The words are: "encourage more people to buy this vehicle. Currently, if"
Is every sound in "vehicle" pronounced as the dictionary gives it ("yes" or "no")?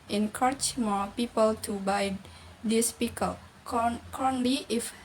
no